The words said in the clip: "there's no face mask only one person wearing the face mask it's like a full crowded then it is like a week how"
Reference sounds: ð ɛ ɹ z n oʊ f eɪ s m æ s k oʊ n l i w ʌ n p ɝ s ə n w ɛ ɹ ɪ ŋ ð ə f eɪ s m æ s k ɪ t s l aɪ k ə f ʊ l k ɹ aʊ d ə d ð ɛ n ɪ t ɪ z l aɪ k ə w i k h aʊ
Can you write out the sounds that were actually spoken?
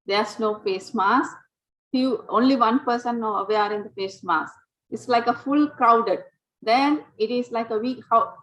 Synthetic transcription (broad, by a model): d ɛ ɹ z n oʊ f eɪ s m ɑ s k oʊ n l i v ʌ n p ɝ s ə n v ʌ ɹ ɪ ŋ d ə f eɪ s m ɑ s ɪ t s l aɪ k ə f ʊ l k ɹ aʊ d ə d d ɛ n ɪ t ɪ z l aɪ k ə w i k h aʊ